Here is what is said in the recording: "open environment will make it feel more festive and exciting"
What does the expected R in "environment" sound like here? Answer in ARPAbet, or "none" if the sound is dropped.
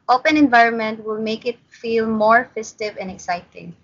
R